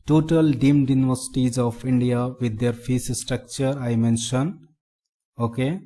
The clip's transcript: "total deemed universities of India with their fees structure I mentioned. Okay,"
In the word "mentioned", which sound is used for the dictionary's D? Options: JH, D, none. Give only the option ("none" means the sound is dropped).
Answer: none